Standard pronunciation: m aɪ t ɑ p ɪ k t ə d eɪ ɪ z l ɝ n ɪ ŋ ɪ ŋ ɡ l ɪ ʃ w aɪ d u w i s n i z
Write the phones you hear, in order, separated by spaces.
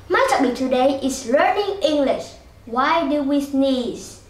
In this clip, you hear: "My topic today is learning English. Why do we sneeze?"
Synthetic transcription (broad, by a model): m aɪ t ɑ b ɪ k t ə d eɪ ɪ s l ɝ n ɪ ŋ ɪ ŋ ɡ l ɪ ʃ w aɪ d u w i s n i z